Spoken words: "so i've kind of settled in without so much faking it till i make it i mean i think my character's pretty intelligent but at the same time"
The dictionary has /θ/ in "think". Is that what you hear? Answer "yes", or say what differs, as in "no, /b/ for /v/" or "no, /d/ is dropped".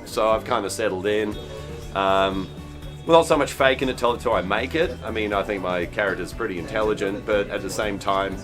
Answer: yes